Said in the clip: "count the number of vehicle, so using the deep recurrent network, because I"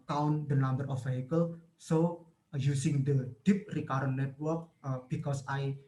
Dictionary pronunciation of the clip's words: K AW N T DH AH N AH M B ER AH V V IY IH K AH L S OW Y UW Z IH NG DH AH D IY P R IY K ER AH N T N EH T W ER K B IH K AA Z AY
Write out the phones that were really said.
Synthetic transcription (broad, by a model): K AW N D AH N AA M B ER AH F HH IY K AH L S OW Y UW S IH NG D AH D IY P R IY K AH T N EH T W ER K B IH K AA S AY